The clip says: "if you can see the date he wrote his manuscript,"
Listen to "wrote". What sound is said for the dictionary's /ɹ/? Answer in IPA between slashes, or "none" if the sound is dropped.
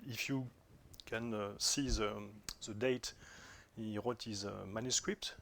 /w/